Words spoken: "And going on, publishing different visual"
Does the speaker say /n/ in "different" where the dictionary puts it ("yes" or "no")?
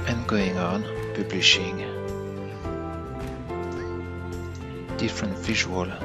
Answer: yes